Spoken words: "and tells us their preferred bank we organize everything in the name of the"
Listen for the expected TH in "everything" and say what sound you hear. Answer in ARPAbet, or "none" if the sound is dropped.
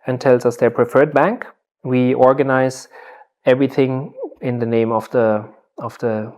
TH